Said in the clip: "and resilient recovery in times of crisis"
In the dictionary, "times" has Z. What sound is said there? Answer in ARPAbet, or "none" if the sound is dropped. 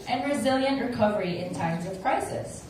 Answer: Z